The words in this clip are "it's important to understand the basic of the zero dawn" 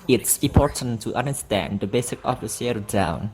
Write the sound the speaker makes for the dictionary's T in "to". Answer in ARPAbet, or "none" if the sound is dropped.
T